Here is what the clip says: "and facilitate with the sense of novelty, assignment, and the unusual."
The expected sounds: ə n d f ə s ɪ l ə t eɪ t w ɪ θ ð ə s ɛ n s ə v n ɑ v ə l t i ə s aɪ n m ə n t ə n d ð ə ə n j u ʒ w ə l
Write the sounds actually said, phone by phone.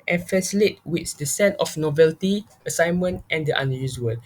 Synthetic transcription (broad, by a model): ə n f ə s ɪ l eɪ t w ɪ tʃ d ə s ɛ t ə f n ɑ v ə l t i ə s aɪ n m ə n t ə n d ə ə n j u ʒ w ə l